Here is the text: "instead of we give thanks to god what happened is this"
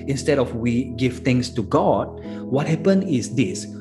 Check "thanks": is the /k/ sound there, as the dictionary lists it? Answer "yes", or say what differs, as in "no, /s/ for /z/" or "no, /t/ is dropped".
no, /k/ is dropped